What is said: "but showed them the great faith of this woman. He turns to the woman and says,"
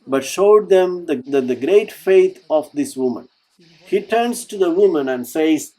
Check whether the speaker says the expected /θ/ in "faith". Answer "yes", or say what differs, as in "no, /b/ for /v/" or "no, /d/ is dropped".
no, /t/ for /θ/